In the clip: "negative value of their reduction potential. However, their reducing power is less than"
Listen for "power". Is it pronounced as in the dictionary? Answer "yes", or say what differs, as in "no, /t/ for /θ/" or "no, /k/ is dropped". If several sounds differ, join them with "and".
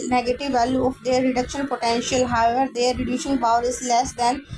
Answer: no, /b/ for /p/